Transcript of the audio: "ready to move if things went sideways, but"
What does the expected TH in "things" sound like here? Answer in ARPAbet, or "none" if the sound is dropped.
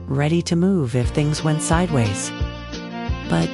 TH